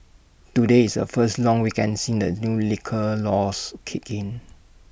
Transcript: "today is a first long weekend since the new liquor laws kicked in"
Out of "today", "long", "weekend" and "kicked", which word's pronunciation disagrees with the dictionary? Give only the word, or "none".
kicked